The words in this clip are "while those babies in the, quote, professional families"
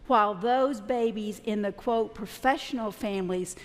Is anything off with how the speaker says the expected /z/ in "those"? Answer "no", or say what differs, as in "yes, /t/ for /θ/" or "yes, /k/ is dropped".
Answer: no